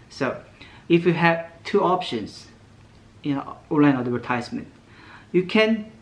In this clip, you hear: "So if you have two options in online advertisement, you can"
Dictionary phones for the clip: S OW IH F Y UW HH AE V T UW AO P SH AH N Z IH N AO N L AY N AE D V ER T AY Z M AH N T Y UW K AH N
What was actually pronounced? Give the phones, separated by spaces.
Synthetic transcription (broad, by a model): S OW IH F Y UW HH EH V T UW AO P SH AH N S IH N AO L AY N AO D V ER T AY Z M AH N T Y UW K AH N